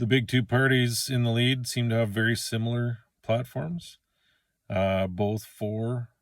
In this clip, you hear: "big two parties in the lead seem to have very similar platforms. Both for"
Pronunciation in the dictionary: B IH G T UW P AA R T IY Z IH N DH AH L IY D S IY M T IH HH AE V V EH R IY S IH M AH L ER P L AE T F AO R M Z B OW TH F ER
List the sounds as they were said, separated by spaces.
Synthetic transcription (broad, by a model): B IH G T UW P AA R T IY Z IH N DH AH L IY D S IY M T IH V V EH R IY S IH M L ER P L AE T F AO R M Z B OW TH F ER